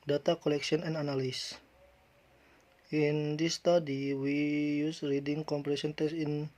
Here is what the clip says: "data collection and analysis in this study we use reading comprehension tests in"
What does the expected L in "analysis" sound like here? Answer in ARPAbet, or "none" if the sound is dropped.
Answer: N